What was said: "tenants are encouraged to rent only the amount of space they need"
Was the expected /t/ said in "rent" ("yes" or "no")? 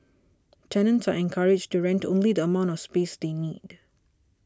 yes